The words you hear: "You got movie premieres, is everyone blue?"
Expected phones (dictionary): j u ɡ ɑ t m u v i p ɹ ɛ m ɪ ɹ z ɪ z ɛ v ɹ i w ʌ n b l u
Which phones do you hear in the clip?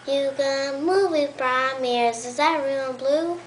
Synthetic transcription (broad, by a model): j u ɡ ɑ m u v i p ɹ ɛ m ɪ ɹ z ɪ z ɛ ɹ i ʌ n b l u